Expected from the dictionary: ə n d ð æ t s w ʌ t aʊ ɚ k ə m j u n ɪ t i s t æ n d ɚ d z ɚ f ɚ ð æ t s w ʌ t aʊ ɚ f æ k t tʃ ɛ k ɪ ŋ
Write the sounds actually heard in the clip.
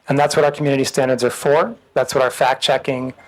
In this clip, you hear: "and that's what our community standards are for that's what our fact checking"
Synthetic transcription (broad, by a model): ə n ð æ t s w ʌ t aʊ ɚ k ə m j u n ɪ t i s t æ n d ɚ d z ɚ f ɚ ð æ t s w ʌ t aʊ ɚ f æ k tʃ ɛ k ɪ ŋ